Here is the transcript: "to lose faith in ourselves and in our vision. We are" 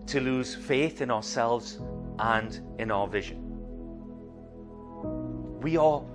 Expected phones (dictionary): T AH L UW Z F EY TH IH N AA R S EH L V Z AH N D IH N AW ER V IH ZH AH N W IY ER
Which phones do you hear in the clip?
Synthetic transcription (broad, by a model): T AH L UW Z F EY TH IH N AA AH S EH L V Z AH N D IH N AW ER V IH ZH AH N W IY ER